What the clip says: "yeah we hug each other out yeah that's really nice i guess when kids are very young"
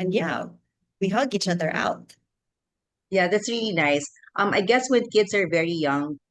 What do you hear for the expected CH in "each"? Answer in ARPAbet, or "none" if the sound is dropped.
CH